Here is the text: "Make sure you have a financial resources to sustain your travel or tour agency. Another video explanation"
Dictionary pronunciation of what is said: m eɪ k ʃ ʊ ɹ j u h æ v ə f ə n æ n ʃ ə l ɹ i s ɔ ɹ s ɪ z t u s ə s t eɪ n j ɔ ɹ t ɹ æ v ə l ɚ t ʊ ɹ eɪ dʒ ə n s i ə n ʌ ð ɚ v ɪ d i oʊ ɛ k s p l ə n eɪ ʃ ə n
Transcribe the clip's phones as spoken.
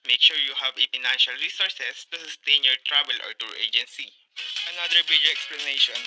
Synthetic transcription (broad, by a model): m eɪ k ʃ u ɹ j u h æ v ə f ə n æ n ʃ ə l ɹ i s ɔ ɹ s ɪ s t u s ə s t eɪ n j ɔ ɹ t ɹ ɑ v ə l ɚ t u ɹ eɪ dʒ ə n s i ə n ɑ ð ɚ b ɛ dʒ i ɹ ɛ k s p l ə n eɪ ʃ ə n